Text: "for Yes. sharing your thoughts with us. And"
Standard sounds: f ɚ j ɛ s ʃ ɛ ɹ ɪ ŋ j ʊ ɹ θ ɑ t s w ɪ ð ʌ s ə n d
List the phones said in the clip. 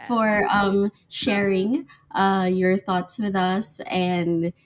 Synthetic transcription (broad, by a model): f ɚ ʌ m ʃ ɛ ɹ ɪ ŋ j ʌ ɹ θ ɑ t s w ɪ ð ʌ s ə n